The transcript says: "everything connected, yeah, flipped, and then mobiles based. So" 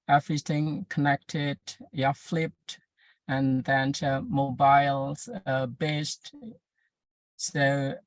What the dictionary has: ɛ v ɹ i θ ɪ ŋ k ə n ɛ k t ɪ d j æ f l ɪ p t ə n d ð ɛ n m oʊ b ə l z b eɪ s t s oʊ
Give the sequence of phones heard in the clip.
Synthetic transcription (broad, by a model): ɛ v ɹ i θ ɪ ŋ k ə n ɛ k t ɪ d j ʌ f l ɪ p t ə n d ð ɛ n m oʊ b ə l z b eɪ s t s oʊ